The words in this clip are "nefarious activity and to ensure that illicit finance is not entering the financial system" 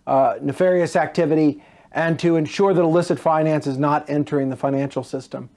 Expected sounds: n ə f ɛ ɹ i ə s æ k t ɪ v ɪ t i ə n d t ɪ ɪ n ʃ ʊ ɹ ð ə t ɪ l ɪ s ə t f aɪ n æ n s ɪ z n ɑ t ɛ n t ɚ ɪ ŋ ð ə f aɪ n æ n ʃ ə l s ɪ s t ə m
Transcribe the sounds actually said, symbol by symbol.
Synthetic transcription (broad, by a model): n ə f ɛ ɹ i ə s æ k t ɪ v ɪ t i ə n t ɪ ɪ n ʃ ʊ ɹ ð ə t ɪ l ɪ s ə t f aɪ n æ n s ɪ z n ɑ t ɛ n t ɚ ɪ ŋ ð ə f aɪ n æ n ʃ l s ɪ s t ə m